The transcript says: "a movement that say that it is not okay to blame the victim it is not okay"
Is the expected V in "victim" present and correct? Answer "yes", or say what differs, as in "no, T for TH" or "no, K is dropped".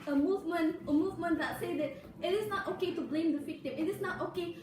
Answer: no, F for V